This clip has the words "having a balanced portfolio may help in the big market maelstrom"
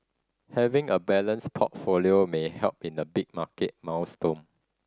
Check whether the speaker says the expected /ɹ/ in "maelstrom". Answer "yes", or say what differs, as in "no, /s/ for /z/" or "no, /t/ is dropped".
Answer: no, /ɹ/ is dropped